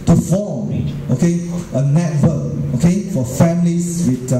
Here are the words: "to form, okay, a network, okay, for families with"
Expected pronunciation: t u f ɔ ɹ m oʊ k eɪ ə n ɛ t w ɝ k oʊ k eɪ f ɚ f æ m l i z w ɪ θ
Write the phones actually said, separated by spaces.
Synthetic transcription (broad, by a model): t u f ɔ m oʊ k eɪ ə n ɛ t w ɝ oʊ k eɪ f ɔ f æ m l i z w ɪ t